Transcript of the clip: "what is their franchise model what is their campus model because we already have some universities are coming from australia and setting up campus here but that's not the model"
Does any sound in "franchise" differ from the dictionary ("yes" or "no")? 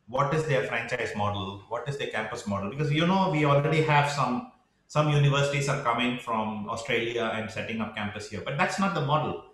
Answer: no